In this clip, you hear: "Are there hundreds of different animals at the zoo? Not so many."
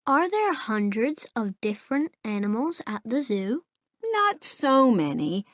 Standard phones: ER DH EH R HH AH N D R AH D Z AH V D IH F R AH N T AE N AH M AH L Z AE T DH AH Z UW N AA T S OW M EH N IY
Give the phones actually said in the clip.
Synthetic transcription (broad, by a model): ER DH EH R HH AH N D R AH D Z AH V D IH F R AH N T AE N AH M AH L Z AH T DH AH Z UW N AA T S OW M EH N IY